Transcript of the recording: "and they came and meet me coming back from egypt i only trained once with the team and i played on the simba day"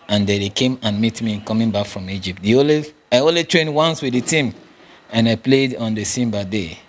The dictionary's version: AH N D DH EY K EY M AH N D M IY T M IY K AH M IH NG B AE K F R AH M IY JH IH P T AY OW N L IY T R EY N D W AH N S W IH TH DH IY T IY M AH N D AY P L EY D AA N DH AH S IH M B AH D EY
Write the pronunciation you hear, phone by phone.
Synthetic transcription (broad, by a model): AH N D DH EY K EY M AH N M IY T M IY K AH M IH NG B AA K F R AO M IY JH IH P T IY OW L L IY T R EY N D W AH N S W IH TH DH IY T IY M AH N AY P L EY D AA N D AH S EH M B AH D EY